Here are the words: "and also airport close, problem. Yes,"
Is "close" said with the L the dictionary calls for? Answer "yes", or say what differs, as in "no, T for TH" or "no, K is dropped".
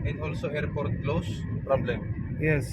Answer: yes